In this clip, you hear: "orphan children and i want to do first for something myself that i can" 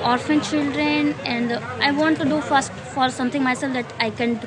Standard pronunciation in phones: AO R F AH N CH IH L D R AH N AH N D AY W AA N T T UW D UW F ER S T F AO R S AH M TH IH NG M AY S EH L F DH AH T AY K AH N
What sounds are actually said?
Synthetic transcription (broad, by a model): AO R F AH N CH IH L D R AH N AH N D AY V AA N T T UW D UW F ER S T F AO R S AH M T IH NG M AY S EH L F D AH T AY K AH N